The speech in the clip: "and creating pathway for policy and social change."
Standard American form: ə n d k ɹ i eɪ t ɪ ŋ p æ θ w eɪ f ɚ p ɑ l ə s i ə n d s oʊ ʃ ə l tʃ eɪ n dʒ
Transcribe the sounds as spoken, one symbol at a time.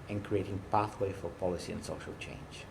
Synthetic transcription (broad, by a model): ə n k ɹ i eɪ t ɪ ŋ p æ θ w eɪ f ɚ p ɑ l ə s i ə n s oʊ ʃ ə l tʃ eɪ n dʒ